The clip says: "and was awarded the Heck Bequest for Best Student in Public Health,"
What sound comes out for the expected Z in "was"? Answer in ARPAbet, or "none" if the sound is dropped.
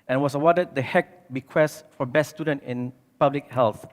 S